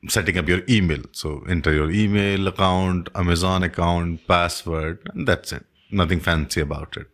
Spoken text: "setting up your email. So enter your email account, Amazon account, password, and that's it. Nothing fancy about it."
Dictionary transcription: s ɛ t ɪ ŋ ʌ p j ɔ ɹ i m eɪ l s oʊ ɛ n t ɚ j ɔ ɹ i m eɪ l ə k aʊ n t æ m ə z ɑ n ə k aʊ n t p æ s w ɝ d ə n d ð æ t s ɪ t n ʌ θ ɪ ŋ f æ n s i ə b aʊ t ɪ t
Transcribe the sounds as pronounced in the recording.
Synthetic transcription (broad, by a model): s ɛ t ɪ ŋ ʌ p j ɔ ɹ i m eɪ l s oʊ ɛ n t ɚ j ɔ ɹ i m eɪ l ə k aʊ n t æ m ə z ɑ n ə k aʊ n t p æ s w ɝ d ə n d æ t s ɪ t n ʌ t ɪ ŋ f æ n s i ə b aʊ t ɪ t